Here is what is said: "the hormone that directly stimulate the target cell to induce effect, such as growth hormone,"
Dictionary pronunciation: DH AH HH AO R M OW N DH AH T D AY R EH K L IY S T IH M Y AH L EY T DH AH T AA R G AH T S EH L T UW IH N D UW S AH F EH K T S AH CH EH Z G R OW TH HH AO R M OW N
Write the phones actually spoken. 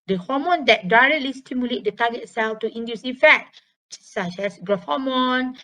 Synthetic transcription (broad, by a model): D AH HH AO M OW N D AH T D AY R EH K L IY S T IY M Y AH L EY T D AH T AA G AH T S EH L T UW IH N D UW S AH F EH K T S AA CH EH S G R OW F HH AO M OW N